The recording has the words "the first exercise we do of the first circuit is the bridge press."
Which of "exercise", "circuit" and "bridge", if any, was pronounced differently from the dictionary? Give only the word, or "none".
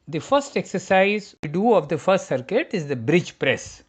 none